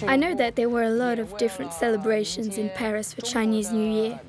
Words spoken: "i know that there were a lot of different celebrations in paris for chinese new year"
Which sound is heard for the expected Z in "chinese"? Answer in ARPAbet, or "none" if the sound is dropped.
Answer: Z